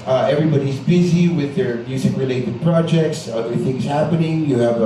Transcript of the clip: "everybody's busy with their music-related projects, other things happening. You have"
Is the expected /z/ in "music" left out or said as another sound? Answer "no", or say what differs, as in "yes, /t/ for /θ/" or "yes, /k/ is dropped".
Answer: yes, /s/ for /z/